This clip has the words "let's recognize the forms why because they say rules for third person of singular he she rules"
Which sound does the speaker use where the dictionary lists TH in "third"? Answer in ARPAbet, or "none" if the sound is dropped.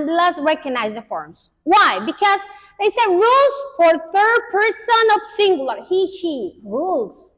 TH